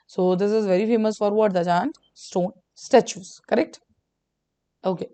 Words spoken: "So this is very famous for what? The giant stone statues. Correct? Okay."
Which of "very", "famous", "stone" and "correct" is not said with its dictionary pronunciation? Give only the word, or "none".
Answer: none